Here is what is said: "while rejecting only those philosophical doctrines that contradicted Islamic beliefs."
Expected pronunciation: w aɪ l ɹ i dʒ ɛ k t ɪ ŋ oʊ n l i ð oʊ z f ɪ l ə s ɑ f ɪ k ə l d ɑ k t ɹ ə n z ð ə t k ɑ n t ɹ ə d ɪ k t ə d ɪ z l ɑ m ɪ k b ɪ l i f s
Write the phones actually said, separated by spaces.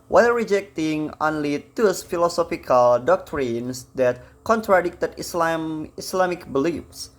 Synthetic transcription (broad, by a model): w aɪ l ɹ i dʒ ɛ k t ɪ ŋ oʊ n l i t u s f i l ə s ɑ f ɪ k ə l d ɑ k t ɹ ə n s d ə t k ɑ n t ɹ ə d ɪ k t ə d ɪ s l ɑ m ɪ k b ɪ l i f s